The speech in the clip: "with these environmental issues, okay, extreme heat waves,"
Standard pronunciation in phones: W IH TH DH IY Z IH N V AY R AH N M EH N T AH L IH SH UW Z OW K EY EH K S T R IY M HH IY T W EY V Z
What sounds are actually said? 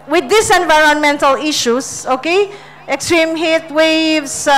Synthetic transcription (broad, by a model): W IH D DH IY S IH N V AY R AH N M EH N T AH L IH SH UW S OW K EY EH K S T R IY M HH IY T W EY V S